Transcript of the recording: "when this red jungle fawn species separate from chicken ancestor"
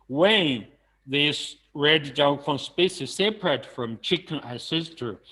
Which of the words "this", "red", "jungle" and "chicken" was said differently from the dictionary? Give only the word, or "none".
jungle